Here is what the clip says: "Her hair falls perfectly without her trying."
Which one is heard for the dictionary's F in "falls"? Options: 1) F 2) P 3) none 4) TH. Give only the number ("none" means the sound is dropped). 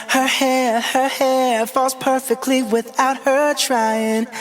1